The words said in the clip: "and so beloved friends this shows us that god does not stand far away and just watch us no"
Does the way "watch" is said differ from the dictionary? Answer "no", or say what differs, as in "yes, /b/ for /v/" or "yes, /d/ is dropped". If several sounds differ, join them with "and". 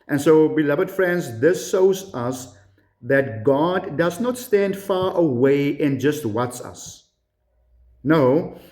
yes, /s/ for /tʃ/